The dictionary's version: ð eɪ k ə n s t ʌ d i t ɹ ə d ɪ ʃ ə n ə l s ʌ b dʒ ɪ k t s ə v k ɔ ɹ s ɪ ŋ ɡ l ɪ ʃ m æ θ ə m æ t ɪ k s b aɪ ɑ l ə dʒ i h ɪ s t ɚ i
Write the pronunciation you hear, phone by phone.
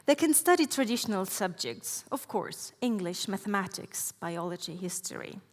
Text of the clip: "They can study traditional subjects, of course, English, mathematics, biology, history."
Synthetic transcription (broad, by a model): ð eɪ k ə n s t ʌ d i t ɹ ə d ɪ ʃ ə n ə l s ʌ b dʒ ɪ k t s ə v k ɔ ɹ s ɪ ŋ ɡ l ɪ ʃ m æ θ ə m æ t ɪ k s b aɪ ɑ l ə dʒ i h ɪ s t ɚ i